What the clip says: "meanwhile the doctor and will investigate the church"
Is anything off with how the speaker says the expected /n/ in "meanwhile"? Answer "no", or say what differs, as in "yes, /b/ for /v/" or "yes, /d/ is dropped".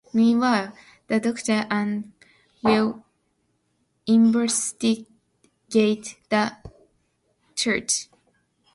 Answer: yes, /n/ is dropped